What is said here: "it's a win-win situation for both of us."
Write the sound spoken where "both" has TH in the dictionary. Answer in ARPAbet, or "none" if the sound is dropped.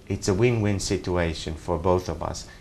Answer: TH